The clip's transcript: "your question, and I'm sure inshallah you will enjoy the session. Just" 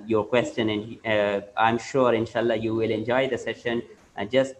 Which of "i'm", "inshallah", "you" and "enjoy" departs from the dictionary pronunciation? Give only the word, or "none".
none